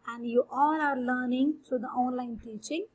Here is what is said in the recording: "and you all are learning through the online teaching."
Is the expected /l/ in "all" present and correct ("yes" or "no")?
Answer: no